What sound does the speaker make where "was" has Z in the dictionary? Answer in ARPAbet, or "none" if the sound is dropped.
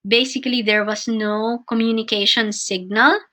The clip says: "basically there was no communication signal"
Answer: S